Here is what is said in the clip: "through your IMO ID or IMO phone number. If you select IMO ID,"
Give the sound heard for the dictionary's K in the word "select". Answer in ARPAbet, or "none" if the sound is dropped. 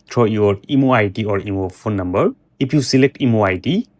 K